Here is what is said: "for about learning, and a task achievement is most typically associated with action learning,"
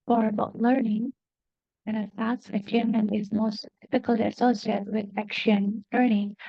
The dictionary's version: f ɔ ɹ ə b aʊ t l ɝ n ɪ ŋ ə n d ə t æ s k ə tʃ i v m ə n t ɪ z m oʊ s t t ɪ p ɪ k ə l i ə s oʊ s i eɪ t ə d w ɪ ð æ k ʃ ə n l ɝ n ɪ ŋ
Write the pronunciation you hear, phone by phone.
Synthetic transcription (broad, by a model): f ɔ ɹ ə b aʊ t l ɝ n ɪ ŋ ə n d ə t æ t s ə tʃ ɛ m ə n ɪ z m oʊ s t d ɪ f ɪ k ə l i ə s oʊ s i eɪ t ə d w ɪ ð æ k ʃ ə n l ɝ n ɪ ŋ